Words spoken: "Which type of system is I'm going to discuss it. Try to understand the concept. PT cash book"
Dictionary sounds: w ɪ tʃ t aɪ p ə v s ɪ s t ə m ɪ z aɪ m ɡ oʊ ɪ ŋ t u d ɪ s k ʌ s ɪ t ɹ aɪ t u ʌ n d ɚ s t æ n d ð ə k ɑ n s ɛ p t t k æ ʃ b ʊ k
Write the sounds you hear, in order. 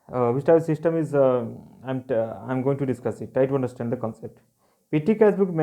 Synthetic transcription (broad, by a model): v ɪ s t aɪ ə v s ɪ s t ə m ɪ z aɪ m ɡ oʊ ɪ ŋ t u d ɪ s k ʌ s ɪ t aɪ t u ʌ n d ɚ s t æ n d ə k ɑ n s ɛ p t t k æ s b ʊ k